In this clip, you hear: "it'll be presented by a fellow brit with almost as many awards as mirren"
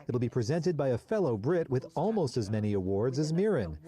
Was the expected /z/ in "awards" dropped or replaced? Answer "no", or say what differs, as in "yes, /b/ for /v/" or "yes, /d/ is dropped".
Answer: no